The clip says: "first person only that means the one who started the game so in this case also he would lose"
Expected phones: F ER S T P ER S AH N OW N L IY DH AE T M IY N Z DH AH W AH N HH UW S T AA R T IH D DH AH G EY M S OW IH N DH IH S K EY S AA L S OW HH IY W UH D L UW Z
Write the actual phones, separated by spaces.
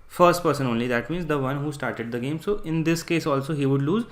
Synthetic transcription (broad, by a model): F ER S T P ER S AH N OW N L IY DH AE T M IY N Z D AH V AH N HH UW S T AA R T IH D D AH G EY M S OW IH N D IH S K EY S AA L S OW HH IY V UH D L UW Z